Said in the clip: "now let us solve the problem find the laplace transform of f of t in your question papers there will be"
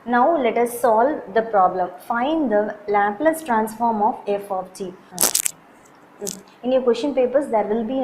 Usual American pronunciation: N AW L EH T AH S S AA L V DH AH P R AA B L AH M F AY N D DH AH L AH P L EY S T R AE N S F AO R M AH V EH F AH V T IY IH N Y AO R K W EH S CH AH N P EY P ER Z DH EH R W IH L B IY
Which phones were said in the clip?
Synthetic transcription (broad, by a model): N AW L EH T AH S S AA L V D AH P R AA B L AH M F AY N D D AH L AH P L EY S T R AE N S F AO R M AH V EH F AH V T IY IH N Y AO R K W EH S SH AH N P EY P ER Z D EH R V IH L B IY